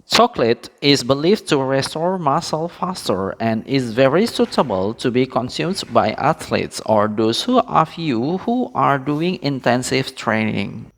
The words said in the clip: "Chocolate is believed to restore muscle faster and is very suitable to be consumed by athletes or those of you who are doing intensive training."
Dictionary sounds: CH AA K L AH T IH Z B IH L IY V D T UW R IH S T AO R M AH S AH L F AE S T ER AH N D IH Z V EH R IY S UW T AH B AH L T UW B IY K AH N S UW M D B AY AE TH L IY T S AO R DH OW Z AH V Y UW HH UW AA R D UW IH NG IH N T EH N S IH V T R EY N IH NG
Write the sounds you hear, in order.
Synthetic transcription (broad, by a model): CH AA K L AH T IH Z B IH L IY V T UW R IH S T AO R M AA S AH L F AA S T ER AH N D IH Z V EH R IY S UW T AH B AH L T UW B IY K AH N S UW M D B AY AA T L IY T S AO R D OW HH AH F Y UW HH UW AA R D UW IH NG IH N T EH N S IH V T R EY N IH NG